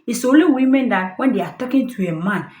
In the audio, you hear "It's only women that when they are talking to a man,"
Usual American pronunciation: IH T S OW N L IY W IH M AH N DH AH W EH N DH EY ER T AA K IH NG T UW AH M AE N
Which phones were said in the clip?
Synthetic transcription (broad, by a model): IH S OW L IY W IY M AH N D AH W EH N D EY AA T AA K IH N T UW AH M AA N